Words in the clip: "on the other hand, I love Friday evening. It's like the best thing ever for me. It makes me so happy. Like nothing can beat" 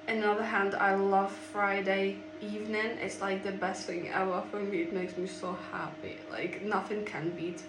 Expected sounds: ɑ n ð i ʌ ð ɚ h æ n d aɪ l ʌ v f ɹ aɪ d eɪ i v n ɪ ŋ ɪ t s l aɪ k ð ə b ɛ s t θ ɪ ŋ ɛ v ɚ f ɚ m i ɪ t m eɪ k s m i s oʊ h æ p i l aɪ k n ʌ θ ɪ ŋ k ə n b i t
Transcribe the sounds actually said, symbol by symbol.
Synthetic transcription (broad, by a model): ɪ n ð i ʌ ð ɚ h æ n d aɪ l ʌ v f ɹ aɪ d eɪ i v n ɪ ŋ ɪ t s l aɪ k ð ə b ɛ s t θ ɪ ŋ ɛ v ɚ f ɚ m i ɪ t m eɪ k s m i s oʊ h æ p i l aɪ k n ʌ θ ɪ ŋ k ə n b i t